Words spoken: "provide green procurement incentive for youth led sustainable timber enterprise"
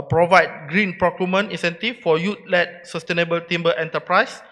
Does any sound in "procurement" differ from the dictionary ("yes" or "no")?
yes